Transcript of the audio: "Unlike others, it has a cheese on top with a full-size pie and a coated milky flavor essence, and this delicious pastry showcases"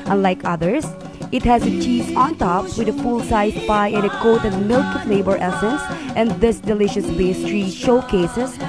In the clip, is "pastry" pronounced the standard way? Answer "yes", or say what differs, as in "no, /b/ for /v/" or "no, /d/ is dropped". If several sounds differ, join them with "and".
no, /b/ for /p/